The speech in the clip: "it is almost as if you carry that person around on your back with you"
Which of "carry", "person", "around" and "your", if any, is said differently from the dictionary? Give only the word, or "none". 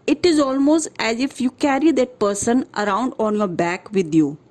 none